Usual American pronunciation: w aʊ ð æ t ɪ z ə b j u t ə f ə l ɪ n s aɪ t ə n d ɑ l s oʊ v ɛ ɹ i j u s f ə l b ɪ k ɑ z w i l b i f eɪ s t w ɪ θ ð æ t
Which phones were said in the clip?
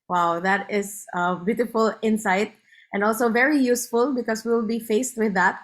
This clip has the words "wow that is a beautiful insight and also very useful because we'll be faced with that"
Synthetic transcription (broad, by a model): w aʊ ð æ t ɪ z ə b j u t ə f ə l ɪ n s aɪ t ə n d ɑ l s oʊ v ɛ ɹ i j u s f ə l b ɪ k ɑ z w i l b i f eɪ s t w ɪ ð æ t